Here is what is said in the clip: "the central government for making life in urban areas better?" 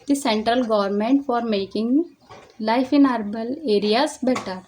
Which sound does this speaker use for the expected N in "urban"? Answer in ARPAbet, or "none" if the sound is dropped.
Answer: L